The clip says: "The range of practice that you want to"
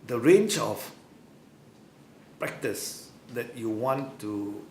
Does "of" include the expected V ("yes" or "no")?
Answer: no